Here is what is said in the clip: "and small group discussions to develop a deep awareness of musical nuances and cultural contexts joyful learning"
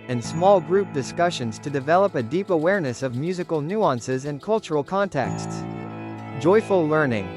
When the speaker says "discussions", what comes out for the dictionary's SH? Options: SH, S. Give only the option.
SH